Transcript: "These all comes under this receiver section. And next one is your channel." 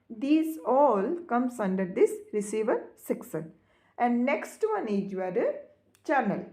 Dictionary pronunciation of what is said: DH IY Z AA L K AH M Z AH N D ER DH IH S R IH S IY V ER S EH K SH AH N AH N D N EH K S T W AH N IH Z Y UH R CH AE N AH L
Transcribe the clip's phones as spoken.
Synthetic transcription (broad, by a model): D IY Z AA L K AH M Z AH N D ER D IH S R IH S IY V ER S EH K S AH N AH N D N EH K S T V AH N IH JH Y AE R CH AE N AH L